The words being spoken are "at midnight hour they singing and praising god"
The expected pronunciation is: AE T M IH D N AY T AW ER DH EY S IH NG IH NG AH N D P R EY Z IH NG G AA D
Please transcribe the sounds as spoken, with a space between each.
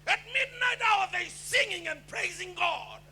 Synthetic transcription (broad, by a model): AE T M IH D N AY T AW ER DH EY S IH NG IH NG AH N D P R EY Z IH NG G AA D